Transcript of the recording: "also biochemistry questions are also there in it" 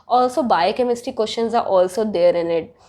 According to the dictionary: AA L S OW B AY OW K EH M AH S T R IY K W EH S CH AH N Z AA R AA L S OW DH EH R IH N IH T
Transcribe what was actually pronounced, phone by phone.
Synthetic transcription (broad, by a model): AA L S OW B AY K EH M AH S T IY K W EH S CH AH N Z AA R AA L S OW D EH R IH N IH T